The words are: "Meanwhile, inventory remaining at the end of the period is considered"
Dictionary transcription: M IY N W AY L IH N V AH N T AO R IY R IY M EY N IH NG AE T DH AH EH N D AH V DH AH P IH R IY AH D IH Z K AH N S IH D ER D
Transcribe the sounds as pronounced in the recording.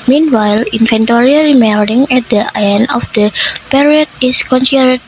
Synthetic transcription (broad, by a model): M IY N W AY L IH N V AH N T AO R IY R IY M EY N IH NG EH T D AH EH N AH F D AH P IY R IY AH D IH S K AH N S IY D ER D